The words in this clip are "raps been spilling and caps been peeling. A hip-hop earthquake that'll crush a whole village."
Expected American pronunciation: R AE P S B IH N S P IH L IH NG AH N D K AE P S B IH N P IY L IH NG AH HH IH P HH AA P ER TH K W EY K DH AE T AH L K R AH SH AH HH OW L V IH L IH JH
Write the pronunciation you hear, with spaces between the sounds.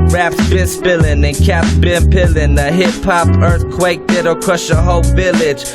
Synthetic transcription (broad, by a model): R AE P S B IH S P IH L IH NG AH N K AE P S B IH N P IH L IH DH AH HH IH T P AA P ER TH K W EY K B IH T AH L K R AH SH AH HH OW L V IH L IH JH